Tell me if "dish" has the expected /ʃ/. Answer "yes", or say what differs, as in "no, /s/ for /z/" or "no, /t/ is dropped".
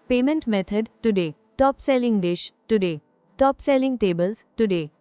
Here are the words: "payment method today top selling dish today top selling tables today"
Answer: yes